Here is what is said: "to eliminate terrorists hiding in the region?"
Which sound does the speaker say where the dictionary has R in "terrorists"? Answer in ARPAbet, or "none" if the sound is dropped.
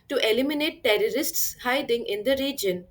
R